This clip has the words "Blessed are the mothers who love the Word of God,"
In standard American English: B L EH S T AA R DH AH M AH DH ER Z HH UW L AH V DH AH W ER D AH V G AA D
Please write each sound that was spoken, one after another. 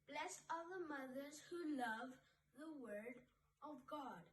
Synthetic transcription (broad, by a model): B L EH S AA L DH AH M AH DH ER Z HH UW L AH V DH AH W ER D AH V G AA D